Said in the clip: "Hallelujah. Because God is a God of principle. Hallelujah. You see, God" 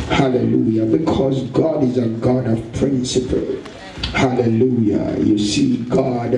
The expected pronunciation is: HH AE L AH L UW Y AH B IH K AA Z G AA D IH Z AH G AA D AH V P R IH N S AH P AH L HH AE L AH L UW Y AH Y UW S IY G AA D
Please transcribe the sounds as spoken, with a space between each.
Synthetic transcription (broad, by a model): HH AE L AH L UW Y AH B IH K AA Z G AA D IH Z AH G AA D AH V P R IH N S AH P AH L HH AE L AH L UW Y AH Y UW S IY G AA D